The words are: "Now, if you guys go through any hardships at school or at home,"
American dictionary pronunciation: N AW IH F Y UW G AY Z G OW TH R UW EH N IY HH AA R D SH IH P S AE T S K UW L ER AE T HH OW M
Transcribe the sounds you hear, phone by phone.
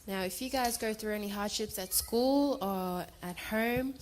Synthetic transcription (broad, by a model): N AW IH F Y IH G AY Z G OW TH R UW EH N IY HH AA R D SH IH P S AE T S K UW L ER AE T HH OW M